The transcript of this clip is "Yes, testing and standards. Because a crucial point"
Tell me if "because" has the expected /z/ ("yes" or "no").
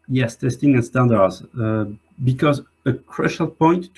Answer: yes